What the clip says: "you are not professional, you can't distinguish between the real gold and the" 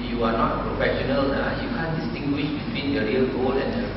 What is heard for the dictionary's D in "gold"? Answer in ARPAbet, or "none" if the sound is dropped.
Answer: none